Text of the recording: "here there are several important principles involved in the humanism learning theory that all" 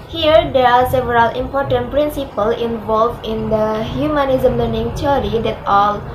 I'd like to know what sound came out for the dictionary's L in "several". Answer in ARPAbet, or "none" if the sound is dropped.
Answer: L